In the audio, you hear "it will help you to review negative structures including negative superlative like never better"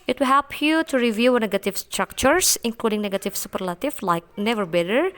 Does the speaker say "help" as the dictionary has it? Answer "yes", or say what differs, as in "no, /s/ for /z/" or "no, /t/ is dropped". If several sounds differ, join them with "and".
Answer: yes